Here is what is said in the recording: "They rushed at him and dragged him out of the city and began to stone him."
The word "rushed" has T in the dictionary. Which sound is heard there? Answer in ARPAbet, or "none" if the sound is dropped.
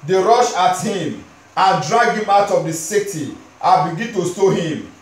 none